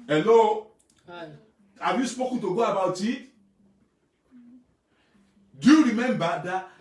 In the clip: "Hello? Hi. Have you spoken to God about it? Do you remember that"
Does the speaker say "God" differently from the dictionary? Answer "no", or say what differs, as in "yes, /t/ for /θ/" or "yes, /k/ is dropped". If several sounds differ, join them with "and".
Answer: yes, /d/ is dropped